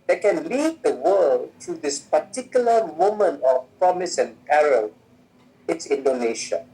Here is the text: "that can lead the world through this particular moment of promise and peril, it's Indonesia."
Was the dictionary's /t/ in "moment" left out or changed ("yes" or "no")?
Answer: yes